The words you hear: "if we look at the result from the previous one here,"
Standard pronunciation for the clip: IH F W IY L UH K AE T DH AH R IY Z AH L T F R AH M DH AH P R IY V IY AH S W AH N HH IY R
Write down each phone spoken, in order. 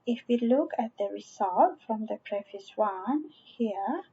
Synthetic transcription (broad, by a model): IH F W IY L UH K AE T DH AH R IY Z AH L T F R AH M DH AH P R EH F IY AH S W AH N HH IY R